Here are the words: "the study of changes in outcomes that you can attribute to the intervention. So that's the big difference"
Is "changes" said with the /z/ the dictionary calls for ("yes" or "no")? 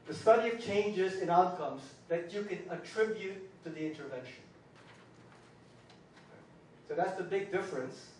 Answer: yes